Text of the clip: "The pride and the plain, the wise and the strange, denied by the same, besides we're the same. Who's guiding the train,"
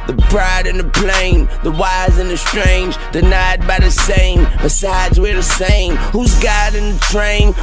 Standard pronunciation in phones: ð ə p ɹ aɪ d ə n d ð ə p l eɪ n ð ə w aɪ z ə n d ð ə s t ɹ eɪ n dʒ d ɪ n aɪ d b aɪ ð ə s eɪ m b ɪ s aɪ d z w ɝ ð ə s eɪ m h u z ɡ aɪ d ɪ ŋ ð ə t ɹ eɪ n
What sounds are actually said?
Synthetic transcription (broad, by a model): ð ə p ɹ aɪ d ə n ð ə p l eɪ n ð ə w aɪ z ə n ð ə s t ɹ eɪ n dʒ d ɪ n aɪ d b aɪ ð ə s eɪ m b ɪ s aɪ d z w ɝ ð ə s eɪ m h u z ɡ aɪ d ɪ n ð ə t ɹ eɪ n